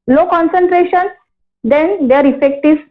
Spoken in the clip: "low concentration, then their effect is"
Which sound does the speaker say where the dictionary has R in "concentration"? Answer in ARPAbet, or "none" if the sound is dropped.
R